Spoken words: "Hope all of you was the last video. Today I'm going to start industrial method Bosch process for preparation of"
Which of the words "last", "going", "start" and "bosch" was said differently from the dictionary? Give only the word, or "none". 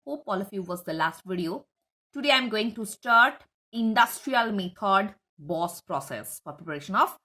bosch